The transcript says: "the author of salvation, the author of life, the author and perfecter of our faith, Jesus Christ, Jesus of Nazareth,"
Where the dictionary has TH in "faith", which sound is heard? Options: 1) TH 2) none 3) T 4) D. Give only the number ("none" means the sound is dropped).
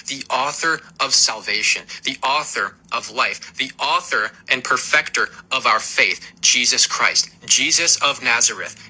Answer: 1